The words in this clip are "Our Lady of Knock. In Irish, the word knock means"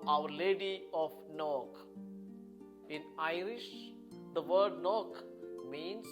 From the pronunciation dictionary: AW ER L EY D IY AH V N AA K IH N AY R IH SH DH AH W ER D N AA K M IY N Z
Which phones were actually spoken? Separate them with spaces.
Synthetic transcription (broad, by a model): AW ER L EY D IY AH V N AA K IH N AY R IH SH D AH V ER D N AA K M IY N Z